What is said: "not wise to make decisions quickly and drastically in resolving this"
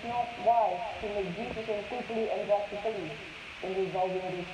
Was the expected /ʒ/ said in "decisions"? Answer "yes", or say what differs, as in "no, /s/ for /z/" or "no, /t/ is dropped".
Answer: no, /s/ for /ʒ/